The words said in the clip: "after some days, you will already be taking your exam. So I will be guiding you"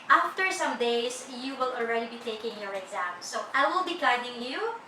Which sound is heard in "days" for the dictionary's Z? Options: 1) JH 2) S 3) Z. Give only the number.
2